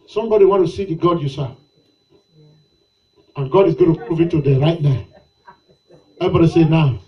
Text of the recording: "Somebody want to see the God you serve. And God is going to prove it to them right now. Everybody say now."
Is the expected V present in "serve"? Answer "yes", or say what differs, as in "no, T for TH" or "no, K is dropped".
no, V is dropped